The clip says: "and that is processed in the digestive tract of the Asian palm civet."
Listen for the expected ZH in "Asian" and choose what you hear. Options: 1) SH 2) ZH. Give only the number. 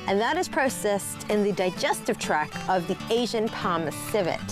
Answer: 2